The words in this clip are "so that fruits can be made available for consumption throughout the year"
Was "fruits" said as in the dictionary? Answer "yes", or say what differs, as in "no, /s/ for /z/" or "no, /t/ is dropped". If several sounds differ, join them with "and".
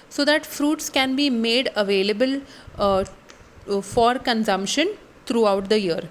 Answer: yes